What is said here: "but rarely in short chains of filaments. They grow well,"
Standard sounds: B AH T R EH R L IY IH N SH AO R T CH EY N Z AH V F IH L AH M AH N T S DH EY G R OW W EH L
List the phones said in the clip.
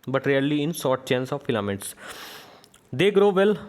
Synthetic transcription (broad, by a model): B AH T R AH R L IY IH N S AO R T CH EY N S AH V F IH L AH M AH T S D EY G R OW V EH L